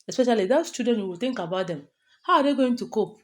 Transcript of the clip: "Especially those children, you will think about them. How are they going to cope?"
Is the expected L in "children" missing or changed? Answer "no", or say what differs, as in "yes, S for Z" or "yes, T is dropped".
yes, L is dropped